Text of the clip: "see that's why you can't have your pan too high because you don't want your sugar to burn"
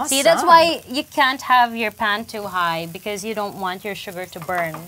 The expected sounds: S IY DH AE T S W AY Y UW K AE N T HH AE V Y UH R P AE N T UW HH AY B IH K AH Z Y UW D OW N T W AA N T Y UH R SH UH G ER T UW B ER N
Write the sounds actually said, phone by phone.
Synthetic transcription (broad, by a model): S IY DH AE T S W AY Y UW K AE N T HH AE V Y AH R P AE N T UW HH AY B IH K AH Z Y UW D OW N T W AA N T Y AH R SH UH G ER T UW B ER N